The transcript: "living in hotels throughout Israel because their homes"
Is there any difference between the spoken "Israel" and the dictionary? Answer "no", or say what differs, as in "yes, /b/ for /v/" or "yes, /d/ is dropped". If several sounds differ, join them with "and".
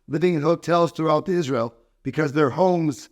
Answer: no